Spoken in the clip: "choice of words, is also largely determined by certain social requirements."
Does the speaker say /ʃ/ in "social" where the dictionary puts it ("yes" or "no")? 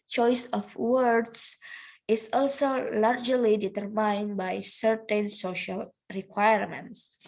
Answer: yes